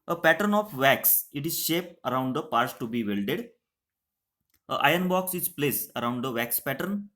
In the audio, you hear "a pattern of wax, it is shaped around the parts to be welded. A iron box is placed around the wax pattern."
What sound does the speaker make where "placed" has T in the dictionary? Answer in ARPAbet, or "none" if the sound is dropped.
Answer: none